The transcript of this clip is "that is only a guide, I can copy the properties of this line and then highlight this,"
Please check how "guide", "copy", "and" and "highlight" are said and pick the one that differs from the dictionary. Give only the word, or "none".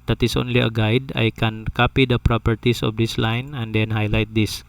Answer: none